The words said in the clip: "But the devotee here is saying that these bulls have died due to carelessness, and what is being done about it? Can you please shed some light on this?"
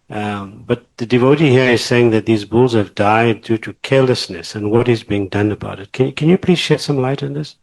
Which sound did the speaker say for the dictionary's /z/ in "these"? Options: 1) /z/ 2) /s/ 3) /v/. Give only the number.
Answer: 1